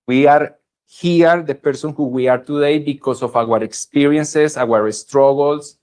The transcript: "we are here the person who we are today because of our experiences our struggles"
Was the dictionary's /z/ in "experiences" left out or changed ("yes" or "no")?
yes